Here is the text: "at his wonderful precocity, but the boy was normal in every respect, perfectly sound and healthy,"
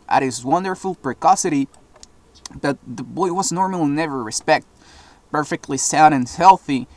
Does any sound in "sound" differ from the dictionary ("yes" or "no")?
yes